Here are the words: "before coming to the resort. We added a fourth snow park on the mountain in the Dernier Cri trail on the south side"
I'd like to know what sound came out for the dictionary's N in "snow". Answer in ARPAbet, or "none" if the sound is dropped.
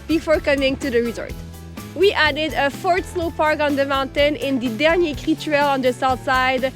L